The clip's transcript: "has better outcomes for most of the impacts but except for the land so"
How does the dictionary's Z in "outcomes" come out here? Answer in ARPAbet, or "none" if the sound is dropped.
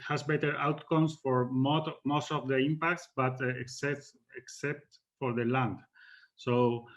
S